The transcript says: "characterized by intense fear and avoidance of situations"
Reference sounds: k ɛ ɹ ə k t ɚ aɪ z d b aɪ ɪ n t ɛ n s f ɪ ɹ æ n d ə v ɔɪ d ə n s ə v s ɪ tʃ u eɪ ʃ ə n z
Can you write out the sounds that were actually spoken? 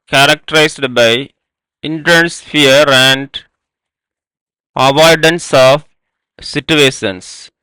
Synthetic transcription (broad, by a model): k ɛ ɹ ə k t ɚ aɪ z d b aɪ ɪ n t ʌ n s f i ɹ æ n d ə v ɔɪ d ə n s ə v s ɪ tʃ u eɪ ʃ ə n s